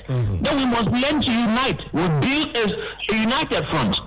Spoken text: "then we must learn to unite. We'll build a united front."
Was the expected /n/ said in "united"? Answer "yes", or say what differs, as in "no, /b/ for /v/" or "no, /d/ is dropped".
yes